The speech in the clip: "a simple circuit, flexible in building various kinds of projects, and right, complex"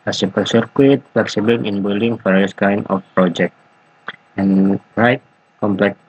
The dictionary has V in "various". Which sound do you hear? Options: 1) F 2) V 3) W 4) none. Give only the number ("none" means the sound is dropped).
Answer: 1